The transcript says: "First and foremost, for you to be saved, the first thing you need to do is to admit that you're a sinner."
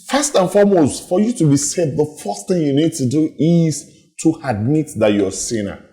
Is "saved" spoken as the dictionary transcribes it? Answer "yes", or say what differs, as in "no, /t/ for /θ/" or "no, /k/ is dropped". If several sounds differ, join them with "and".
no, /v/ is dropped